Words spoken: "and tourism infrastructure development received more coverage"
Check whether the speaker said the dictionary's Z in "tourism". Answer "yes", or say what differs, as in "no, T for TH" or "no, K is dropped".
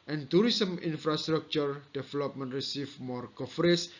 no, S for Z